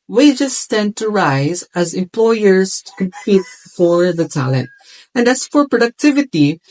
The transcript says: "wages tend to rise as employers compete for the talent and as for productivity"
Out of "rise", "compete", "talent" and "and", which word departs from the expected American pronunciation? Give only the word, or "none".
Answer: none